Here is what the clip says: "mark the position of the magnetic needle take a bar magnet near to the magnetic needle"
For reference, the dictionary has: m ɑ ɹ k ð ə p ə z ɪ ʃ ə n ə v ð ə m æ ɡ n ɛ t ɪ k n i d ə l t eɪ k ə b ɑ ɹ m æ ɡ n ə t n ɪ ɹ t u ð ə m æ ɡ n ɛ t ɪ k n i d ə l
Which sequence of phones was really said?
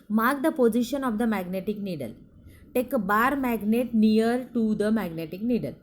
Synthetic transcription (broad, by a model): m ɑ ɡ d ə p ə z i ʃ ə n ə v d ə m æ ɡ n ɛ t ɪ k n i d ə l t eɪ k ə b ɑ ɹ m æ ɡ n ə t n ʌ ɹ t u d ə m æ ɡ n ɛ t ɪ k n i d ə l